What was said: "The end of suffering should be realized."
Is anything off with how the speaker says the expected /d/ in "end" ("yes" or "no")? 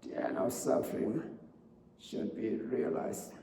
yes